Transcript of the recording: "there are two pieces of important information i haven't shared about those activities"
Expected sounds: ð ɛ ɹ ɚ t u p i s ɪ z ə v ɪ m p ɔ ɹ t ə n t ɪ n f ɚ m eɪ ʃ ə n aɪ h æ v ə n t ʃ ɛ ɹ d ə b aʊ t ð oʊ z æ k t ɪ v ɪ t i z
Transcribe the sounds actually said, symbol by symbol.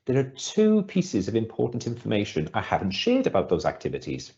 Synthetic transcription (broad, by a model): ð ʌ ɹ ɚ t u p i s ɪ z ə v ɪ m p ɔ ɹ t n t ɪ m f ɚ m eɪ ʃ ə n aɪ h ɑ v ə n t ʃ ɛ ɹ d ə b aʊ t ð oʊ z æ k t ɪ v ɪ t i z